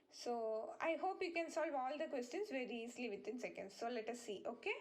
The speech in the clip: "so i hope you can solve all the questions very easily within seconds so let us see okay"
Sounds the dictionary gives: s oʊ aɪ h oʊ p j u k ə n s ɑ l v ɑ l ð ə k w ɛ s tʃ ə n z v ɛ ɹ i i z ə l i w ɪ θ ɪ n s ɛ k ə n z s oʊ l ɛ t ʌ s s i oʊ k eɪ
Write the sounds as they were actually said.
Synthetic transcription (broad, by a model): s oʊ aɪ h oʊ p j u k ə n s ɑ l v ɑ l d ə k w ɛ s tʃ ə n s v ɛ ɹ i i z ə l i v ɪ t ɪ n s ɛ k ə n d s oʊ l ɛ t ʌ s s i oʊ k eɪ